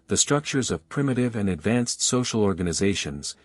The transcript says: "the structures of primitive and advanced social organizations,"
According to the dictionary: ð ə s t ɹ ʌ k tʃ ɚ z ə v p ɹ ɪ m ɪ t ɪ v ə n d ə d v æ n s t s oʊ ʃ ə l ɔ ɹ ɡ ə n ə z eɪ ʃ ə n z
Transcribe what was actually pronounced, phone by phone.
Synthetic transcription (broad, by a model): ð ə s t ɹ ʌ k tʃ ɚ z ə v p ɹ ɪ m ɪ t ɪ v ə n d ə d v æ n s t s oʊ ʃ l ɔ ɹ ɡ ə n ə z eɪ ʃ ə n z